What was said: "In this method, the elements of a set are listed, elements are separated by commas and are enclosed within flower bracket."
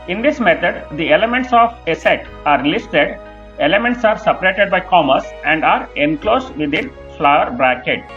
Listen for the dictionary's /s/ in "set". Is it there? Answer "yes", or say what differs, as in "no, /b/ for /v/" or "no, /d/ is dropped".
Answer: yes